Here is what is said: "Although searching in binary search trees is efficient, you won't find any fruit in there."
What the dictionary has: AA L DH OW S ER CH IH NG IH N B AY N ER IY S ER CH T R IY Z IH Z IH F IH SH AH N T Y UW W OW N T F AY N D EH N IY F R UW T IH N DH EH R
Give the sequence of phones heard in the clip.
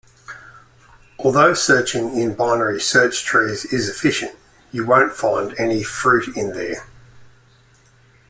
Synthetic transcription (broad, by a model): AA L DH OW S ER CH IH NG IH N B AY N ER IY S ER CH T R IY Z IH Z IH F IH SH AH N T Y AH W OW N T F AY N D EH N IY F R UW T IH N DH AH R